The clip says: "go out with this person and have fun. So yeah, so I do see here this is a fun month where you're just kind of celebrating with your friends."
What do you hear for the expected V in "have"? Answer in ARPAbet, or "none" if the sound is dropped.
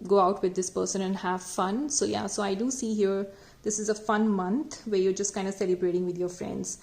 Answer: V